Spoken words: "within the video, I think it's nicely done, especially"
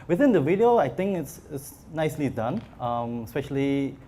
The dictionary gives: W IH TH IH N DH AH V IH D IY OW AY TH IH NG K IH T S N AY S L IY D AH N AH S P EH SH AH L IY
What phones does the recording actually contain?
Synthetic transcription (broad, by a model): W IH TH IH N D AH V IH D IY OW AY T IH NG K IH T S N AY S L IY D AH N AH S P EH SH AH L IY